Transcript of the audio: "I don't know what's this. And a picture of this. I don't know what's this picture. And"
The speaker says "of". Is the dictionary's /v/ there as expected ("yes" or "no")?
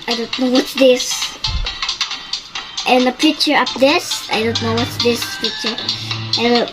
no